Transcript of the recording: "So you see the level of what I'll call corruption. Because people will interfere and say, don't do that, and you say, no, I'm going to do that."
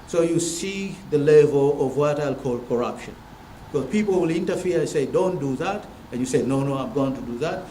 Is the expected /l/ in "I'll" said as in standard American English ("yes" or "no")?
yes